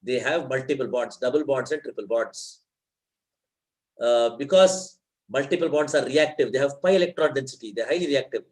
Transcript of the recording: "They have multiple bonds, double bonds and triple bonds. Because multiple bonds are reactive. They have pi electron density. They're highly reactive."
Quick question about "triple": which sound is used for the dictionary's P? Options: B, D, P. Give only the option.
P